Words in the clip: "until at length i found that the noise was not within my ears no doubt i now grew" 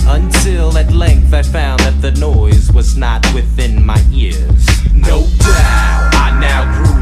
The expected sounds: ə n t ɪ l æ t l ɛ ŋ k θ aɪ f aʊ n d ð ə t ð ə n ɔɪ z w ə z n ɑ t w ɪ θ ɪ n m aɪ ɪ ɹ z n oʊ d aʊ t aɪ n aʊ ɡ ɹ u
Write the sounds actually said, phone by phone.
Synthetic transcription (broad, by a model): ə n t ɪ l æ t l ɛ ŋ k θ aɪ f aʊ n ð ə t ð ə n ɔɪ z w ə z n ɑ t w ɪ θ ɪ n m aɪ ɪ ɹ z n oʊ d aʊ aɪ n aʊ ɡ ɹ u